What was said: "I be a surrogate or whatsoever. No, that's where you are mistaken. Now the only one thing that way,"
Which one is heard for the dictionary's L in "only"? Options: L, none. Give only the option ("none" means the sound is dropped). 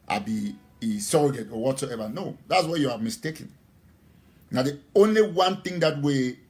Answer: L